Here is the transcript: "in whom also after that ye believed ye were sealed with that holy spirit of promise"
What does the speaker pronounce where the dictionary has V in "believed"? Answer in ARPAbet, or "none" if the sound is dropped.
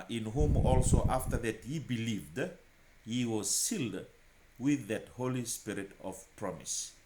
V